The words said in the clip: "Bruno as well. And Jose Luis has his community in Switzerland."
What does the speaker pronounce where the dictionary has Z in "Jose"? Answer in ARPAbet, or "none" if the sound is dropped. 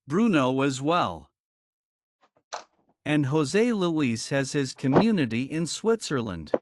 Z